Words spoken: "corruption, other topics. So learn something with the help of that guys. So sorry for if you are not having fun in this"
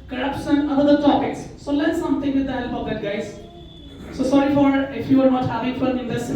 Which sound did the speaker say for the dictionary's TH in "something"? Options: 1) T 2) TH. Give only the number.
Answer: 1